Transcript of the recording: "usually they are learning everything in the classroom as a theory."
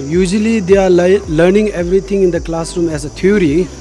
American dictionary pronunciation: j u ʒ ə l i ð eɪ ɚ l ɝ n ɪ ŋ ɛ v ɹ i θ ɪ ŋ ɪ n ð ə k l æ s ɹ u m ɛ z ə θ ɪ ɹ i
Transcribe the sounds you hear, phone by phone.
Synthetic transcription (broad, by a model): j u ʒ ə l i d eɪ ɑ l ɝ n ɪ ŋ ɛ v ɹ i t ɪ ŋ ɪ n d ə k l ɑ s ɹ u m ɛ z ə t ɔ ɹ i